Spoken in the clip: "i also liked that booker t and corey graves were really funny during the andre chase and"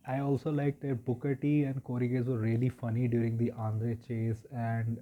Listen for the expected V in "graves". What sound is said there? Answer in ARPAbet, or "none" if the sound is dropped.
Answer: none